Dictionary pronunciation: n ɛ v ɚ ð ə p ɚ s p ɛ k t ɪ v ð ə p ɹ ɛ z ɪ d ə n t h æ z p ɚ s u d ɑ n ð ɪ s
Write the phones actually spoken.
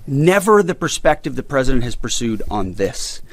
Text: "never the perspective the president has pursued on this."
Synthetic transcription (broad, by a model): n ɛ v ɚ ð ə p ɚ s p ɛ k t ɪ v ð ə p ɹ ɛ z ɪ d ə n t h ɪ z p ɚ s u d n ð ɪ s